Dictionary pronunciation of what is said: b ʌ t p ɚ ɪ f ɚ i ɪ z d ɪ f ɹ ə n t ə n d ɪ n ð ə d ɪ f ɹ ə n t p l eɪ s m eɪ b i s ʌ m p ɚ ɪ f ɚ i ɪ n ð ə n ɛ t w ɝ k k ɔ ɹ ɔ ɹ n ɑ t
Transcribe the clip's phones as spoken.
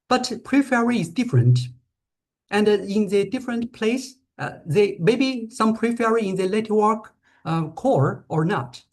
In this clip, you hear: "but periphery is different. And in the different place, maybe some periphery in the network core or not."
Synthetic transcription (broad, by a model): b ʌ t p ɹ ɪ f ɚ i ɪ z d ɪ f ɹ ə n t ə n d ɪ n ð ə d ɪ f ɹ ə n t p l eɪ s m eɪ b i s ʌ m p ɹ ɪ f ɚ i ɪ n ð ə l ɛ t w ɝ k k ɔ ɹ ɔ ɹ n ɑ t